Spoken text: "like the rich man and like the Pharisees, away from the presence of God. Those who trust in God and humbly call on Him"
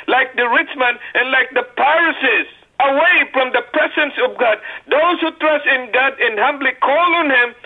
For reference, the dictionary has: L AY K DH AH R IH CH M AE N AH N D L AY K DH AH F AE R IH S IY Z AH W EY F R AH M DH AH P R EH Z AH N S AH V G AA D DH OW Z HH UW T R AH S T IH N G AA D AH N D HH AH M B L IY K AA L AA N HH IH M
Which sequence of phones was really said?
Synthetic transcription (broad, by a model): L AY K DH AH R IH CH M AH N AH N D L AY K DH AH P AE R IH S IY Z AH W EY F R AH M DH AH P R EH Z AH N S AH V G AA D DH OW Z HH UW T R AH S T IH N G AA D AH N HH AH M B L IY K AA L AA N HH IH M